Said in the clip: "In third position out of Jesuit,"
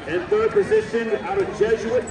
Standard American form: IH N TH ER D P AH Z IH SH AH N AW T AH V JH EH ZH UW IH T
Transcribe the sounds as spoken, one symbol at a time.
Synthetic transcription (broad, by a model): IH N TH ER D P AH Z IH SH AH N AW T AH V JH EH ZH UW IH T